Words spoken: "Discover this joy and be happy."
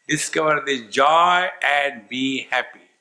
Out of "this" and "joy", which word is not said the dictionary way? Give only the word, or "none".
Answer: this